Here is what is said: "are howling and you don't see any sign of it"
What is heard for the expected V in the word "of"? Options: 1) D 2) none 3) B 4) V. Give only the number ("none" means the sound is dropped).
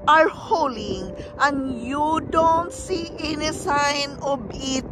3